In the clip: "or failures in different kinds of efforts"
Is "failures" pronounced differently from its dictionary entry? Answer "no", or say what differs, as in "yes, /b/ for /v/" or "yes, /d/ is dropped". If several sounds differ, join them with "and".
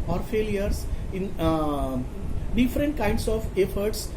yes, /s/ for /z/